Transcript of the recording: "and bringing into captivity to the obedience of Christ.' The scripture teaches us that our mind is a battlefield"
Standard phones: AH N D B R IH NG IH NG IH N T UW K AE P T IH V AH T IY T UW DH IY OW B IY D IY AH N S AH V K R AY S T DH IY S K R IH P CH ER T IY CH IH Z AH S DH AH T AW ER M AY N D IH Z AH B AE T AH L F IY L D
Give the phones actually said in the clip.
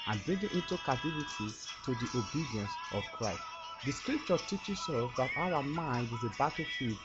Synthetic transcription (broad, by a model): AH N B R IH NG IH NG IH N T UW K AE T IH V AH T IY T UW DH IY OW B IY D IY AH N S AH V K R AY S T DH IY S K R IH P CH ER T IY CH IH S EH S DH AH T AW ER M AY N D IH Z AH B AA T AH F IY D